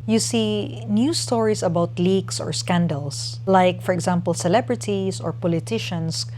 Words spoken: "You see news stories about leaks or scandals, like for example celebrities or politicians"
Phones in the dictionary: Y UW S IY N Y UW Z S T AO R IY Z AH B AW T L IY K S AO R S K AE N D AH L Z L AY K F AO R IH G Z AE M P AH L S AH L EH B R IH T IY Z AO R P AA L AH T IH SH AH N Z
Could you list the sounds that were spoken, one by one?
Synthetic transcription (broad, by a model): Y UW S IY N Y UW S T AO R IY S AH B AW T L IY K S AO R S K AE N D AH L S L AY K F AO R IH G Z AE M P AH L S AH L EH B R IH T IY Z AO R P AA L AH T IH SH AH N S